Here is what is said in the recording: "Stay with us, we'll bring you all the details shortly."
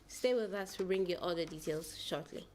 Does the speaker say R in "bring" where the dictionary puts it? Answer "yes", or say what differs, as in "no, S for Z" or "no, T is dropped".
yes